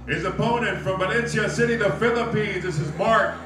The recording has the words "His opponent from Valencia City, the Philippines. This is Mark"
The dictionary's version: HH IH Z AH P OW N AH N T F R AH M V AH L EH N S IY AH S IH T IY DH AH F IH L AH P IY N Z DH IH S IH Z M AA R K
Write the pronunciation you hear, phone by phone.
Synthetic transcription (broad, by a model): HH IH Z AH P OW N AH N T F R AH M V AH N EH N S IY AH S IH T IY DH AH F IH L AH P IY N Z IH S IH Z M AA R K